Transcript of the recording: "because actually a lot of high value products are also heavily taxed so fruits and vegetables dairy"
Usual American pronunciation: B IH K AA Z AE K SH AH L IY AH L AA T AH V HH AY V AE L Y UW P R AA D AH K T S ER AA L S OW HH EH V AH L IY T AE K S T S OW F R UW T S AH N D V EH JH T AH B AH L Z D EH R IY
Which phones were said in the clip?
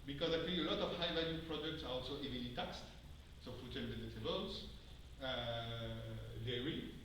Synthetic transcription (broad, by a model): B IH K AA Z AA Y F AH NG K AH L AA T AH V HH AY V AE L Y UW P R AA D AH K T S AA AA L S OW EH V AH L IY T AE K S T S OW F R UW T AH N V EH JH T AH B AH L S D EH R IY